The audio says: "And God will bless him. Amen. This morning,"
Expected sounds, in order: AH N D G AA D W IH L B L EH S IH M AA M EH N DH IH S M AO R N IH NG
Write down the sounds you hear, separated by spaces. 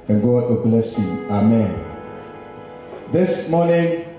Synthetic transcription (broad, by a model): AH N G AA D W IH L B L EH S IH AA M EH N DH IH S M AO N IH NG